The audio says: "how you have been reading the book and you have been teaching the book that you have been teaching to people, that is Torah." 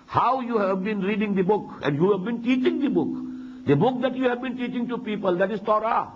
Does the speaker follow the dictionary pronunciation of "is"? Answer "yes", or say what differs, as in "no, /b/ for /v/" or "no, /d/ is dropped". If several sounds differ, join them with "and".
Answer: no, /s/ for /z/